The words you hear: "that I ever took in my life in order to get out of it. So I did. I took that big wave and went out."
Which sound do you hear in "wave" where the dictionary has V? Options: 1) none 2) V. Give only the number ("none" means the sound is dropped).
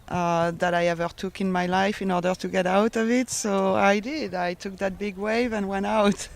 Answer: 2